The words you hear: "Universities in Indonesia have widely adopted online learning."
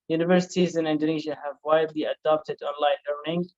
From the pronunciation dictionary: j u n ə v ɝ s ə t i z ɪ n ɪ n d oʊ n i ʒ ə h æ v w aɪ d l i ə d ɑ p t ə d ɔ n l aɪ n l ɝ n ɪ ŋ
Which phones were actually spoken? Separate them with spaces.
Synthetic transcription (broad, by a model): j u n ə v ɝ s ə t i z ɪ n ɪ n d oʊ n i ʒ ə h æ v w aɪ d l i ə d ɑ p t ə d ɔ n l aɪ n l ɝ n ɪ ŋ